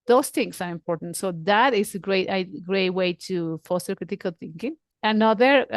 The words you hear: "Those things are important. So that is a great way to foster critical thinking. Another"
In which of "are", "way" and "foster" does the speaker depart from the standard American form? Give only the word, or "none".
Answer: none